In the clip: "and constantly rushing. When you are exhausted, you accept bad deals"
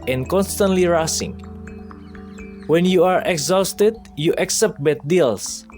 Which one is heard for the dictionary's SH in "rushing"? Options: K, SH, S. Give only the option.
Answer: S